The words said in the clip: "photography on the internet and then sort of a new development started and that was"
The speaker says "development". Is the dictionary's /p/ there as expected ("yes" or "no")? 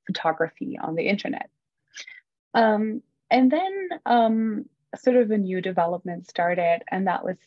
yes